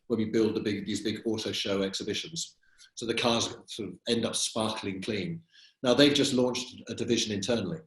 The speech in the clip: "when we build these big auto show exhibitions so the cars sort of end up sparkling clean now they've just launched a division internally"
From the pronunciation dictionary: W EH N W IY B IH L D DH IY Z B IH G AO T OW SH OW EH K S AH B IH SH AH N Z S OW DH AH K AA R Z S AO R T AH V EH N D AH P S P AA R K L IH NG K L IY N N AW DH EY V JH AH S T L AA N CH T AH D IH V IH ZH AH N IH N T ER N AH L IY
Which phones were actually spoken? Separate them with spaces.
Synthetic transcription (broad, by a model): W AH N W IY B IH L D DH IY Z B IH G AO T OW SH OW EH K S AH B IH SH AH N Z S OW DH AH K AA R Z S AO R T AH V EH N D AH P S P AA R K L IH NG K L IY N N AW DH EY V JH AH S T L AA N CH T AH D IH V IH ZH AH N IH N T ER N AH L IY